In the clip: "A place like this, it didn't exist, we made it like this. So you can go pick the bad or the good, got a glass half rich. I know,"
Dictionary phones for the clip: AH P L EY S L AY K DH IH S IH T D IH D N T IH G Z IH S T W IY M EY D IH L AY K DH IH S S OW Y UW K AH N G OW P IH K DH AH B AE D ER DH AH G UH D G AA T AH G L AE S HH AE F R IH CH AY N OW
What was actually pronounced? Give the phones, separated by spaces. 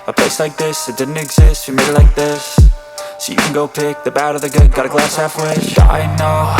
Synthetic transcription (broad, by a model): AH P L EY S L AY K DH IH S IH T D IH D N T IH G Z IH S T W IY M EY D IH L AY K DH IH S S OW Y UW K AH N G OW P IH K DH AH B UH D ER DH AH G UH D G AA T AH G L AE S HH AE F W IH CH AY N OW